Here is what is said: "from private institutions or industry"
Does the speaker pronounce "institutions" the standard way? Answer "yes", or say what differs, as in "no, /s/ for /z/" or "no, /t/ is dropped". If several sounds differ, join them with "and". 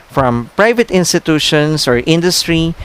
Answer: no, /s/ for /z/